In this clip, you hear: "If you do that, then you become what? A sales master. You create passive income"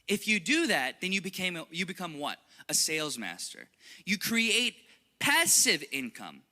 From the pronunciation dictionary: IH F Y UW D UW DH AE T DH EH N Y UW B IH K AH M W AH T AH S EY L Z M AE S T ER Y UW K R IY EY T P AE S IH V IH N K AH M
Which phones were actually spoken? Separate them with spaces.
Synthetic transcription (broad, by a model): IH F Y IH D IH DH AE T DH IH N Y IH B IH K AH M W AH T AH S EY L Z M AE S T ER Y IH K R IY EY T P AE S IH V IH N K AH M